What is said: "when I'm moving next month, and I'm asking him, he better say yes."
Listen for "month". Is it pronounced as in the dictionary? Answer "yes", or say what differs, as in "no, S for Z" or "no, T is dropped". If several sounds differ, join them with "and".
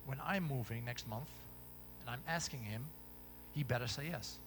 yes